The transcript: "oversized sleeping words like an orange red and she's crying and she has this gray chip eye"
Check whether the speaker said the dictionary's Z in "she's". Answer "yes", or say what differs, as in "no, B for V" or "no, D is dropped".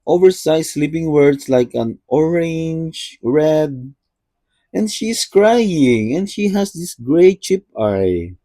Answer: no, S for Z